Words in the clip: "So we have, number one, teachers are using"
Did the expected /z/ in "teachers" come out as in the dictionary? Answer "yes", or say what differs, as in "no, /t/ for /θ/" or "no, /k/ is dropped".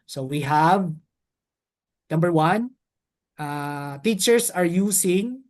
no, /s/ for /z/